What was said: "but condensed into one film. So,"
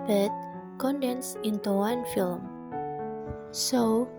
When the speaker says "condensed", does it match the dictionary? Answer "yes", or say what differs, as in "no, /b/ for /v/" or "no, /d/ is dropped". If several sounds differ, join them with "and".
no, /t/ is dropped